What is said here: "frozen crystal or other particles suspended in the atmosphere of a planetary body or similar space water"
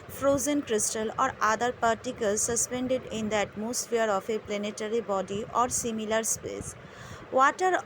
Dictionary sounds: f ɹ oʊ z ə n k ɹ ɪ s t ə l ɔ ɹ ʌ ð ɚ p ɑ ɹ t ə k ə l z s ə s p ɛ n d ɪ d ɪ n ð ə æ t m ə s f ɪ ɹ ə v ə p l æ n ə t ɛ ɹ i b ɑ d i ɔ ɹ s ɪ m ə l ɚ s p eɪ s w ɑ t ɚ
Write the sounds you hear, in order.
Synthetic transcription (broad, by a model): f ɹ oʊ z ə n k ɹ ɪ s t ə l ɔ ɹ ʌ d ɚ p ɑ ɹ t ə k ə l z s ə s p ɛ n d ɪ d ɪ n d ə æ t m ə s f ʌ ɹ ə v ə p l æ n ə t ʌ ɹ i b ɑ d i ɔ ɹ s ɪ m ə l ɚ s p eɪ s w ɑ t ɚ